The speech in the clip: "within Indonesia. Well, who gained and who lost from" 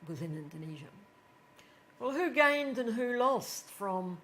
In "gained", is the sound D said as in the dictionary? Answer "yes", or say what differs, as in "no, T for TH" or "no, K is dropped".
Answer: yes